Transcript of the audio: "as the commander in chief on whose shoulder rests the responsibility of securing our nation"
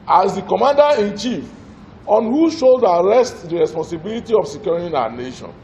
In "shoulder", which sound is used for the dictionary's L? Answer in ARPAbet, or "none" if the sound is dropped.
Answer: none